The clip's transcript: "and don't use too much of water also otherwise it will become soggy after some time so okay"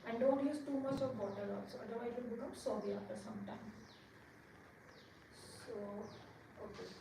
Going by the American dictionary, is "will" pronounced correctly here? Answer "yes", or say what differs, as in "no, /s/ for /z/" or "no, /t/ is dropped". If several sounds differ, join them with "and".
no, /n/ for /l/